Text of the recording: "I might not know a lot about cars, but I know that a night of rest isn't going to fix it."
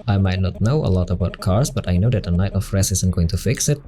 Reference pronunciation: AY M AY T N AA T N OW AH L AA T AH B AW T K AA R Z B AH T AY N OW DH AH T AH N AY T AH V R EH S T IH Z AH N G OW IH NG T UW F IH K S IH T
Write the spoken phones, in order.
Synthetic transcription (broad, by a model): AY M AY T N AA T N OW AH L AA T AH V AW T K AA R S B AH T AY N OW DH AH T AH N AY T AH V R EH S IH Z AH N G OW IH NG T UW F IH K S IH T